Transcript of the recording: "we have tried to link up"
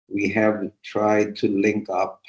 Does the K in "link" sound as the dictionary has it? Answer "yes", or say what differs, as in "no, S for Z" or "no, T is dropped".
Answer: yes